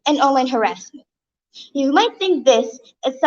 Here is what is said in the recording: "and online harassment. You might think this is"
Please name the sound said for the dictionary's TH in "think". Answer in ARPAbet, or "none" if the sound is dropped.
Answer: TH